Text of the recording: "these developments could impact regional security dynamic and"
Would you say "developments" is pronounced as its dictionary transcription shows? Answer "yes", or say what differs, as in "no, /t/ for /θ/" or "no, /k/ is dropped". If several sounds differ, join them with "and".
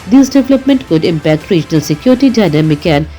no, /s/ is dropped